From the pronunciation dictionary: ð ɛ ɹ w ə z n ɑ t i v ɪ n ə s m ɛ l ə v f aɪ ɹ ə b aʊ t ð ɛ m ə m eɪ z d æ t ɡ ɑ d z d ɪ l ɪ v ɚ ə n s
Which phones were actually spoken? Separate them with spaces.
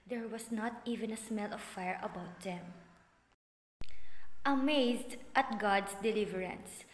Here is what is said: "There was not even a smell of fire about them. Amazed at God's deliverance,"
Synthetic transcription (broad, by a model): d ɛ ɹ w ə s n ɑ t i v ɪ n ə s m ɛ l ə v f aɪ ɹ ə b aʊ t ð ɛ m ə m eɪ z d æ t ɡ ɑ d s d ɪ l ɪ v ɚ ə n s